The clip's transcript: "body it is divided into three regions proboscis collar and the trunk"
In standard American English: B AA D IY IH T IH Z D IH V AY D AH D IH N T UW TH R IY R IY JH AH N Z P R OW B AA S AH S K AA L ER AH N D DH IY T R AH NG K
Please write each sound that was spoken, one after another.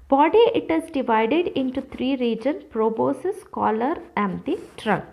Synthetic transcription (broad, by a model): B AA D IY IH T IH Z D IH V AY D AH D IH N T UW T R IY R IY JH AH N P R OW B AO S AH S K AA L ER AH N D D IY T R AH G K